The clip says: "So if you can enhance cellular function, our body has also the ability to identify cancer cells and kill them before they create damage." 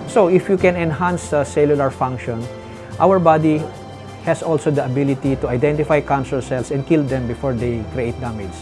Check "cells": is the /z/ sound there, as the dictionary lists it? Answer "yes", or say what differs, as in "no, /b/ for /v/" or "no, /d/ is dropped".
no, /s/ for /z/